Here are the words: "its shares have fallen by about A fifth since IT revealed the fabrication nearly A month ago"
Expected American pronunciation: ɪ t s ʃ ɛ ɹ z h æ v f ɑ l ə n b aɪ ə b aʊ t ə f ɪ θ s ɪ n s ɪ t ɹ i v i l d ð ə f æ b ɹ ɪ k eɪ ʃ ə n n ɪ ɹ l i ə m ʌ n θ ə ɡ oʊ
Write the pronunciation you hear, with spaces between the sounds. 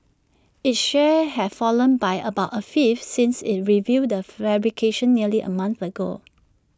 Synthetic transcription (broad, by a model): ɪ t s ʃ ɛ h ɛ f ɑ l ə n b aɪ ə b aʊ t ə f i f s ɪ n s ɪ t ɹ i v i d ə f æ b ɹ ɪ k eɪ ʃ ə n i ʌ l i ə m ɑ n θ ə ɡ oʊ